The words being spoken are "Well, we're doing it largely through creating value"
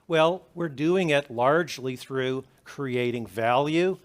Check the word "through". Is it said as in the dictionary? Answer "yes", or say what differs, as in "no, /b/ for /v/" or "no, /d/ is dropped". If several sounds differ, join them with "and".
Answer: yes